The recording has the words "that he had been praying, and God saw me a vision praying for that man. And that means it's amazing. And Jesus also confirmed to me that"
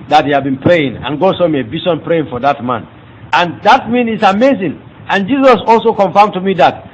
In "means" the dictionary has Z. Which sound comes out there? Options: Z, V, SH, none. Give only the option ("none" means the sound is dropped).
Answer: none